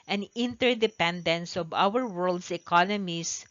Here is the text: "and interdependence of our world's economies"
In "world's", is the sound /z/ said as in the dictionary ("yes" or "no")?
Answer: no